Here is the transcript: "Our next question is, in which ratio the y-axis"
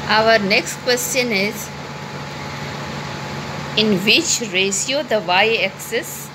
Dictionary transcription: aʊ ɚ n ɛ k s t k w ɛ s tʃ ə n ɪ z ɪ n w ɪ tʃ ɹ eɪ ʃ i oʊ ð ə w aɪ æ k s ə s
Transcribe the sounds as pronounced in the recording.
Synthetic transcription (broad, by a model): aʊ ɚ n ɛ k s t k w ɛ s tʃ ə n ɪ z ɪ n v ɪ tʃ ɹ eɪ s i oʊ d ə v aɪ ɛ k s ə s